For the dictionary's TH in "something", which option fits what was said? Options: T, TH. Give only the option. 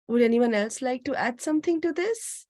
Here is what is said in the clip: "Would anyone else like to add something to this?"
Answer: T